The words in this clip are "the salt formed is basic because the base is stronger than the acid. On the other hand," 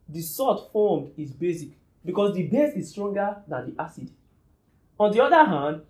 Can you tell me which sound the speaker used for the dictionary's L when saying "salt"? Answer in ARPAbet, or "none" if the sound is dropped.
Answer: none